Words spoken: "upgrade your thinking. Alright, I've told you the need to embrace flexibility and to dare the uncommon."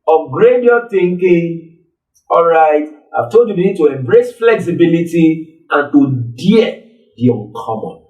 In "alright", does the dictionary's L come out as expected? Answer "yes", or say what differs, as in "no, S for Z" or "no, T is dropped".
yes